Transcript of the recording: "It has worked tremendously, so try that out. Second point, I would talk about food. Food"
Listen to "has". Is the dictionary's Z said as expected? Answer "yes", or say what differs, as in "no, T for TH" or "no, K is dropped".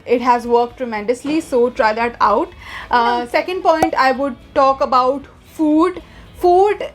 yes